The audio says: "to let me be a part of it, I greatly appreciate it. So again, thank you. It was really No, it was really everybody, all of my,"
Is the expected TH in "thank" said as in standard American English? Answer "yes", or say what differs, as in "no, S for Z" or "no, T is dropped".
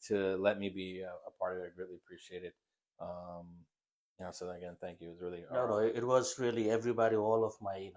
yes